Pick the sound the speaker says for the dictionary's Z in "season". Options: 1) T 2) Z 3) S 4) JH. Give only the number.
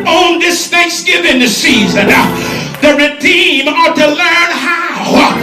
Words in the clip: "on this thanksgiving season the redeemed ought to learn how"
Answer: 2